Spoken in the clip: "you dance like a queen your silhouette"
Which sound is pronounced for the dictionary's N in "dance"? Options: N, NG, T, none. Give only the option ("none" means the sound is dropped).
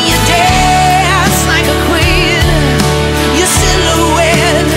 none